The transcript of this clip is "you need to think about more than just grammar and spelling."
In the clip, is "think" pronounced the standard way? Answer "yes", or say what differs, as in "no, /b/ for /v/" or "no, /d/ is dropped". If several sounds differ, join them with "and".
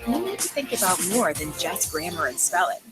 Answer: yes